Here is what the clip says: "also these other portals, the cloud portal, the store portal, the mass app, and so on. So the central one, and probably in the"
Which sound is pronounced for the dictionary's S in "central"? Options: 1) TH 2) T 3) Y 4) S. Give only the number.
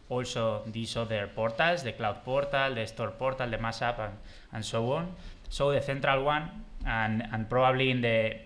1